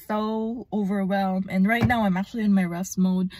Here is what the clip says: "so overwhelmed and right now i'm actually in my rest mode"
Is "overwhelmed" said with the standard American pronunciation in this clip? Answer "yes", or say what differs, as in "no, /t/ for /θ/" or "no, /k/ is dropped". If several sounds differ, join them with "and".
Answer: no, /d/ is dropped